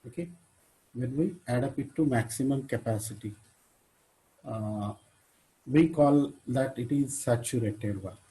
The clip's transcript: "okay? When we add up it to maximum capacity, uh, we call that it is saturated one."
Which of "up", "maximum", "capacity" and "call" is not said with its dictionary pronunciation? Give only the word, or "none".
none